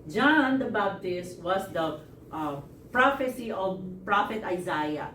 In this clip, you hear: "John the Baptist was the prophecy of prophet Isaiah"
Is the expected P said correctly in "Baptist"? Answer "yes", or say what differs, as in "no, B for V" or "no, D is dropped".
no, B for P